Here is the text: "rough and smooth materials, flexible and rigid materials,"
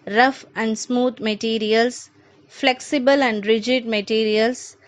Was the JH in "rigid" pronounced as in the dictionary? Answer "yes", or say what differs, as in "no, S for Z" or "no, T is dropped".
yes